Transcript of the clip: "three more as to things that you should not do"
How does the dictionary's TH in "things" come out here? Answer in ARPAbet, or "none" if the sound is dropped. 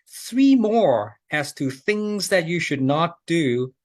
TH